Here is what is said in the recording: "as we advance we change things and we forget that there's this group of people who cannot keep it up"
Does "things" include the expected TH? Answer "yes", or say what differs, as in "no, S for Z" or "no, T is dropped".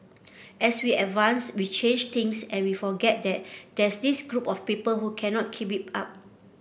no, T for TH